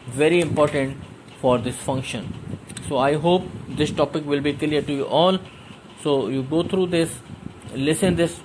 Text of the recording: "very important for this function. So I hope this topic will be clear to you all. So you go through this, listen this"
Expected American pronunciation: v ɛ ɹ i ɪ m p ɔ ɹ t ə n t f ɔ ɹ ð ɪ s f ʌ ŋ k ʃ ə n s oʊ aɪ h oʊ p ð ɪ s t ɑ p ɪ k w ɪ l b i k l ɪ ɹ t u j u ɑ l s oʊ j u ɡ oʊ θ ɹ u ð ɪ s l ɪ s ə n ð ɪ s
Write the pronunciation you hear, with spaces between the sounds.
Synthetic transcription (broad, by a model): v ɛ ɹ i ɪ m p ɔ ɹ t ə n t f ɔ ɹ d ɪ s f ʌ ŋ k ʃ ə n s oʊ aɪ h oʊ p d ɪ s t ɑ p ɪ k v ɪ l b i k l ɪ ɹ t u j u ɑ l s oʊ j u ɡ oʊ t ɹ u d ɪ s l ɪ s ə n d ɪ s